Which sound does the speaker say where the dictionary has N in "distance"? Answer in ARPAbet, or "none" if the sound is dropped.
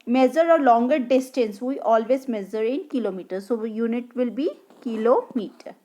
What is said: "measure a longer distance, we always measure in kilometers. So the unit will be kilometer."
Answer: N